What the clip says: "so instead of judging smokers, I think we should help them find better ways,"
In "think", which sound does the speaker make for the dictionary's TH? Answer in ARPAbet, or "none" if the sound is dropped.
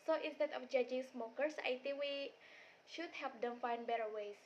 T